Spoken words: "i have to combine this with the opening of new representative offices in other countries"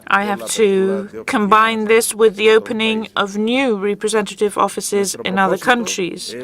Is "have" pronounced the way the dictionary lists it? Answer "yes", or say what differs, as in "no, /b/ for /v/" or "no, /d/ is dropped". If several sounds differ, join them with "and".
no, /f/ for /v/